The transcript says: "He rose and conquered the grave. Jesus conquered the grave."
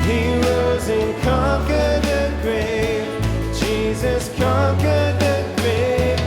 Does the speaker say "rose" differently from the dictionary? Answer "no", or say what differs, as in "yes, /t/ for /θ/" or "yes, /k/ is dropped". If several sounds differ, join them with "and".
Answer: yes, /w/ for /ɹ/